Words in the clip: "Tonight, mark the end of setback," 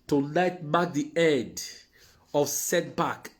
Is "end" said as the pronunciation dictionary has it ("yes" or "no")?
no